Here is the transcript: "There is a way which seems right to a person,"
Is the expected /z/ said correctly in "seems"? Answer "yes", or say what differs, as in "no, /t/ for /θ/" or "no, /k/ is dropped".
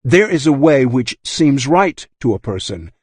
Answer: yes